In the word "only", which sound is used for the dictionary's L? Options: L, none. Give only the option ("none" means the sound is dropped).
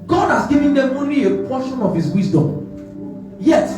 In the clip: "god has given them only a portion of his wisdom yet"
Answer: none